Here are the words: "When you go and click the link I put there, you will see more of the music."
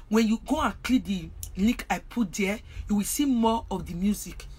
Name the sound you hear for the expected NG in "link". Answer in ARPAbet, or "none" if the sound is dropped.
none